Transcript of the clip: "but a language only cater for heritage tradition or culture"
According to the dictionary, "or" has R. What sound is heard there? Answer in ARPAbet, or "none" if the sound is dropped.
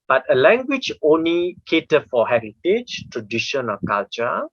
L